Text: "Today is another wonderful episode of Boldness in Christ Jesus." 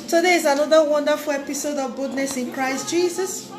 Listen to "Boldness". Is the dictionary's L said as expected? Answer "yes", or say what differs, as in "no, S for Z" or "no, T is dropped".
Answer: no, L is dropped